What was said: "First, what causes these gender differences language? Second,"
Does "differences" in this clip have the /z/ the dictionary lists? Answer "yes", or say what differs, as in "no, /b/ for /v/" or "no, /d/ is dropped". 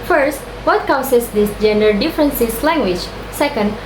no, /s/ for /z/